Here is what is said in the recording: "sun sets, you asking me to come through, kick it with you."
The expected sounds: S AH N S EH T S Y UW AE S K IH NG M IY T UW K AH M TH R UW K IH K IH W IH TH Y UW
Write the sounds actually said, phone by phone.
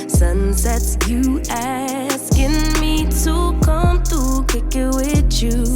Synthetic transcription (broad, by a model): S AH N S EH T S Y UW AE S K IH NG M IY T UW K AH M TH UW K IH K IH W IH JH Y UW